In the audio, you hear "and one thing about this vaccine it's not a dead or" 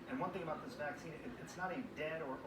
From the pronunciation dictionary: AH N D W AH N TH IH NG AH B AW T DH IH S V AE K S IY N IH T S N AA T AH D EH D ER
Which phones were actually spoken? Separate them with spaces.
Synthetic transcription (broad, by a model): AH N W AH N TH IH NG AH B AW T DH IH S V AE K S IY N IH T S N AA T AH D EH D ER